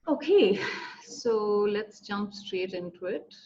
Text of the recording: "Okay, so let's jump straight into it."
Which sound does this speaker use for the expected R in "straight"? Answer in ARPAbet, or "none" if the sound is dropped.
R